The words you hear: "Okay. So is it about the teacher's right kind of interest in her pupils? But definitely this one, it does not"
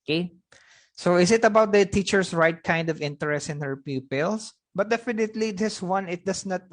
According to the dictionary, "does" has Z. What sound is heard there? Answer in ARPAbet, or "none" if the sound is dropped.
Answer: S